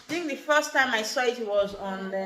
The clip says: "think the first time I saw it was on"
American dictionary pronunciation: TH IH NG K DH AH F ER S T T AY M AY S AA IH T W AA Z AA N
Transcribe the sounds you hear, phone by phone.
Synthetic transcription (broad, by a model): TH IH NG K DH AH F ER S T T AY M AY S AA IH T W AA Z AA N